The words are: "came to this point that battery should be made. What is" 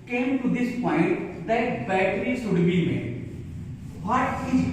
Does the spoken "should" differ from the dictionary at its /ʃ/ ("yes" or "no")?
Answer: yes